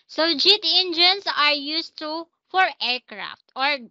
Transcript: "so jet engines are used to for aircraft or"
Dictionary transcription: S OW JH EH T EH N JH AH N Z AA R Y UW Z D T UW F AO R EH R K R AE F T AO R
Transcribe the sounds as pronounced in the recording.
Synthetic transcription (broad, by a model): S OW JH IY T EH N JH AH N S AA R Y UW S T UW F AO R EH R K R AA F T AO R